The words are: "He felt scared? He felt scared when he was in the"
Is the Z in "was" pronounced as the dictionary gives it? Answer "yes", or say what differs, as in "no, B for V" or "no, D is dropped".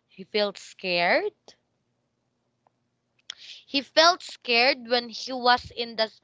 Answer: no, S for Z